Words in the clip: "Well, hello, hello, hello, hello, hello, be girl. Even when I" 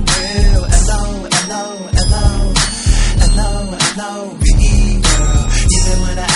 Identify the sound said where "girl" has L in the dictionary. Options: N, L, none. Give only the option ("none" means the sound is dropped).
N